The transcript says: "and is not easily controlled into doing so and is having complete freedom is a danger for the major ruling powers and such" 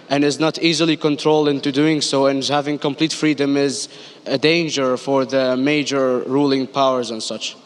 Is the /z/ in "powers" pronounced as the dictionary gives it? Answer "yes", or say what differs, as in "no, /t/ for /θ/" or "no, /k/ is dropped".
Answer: yes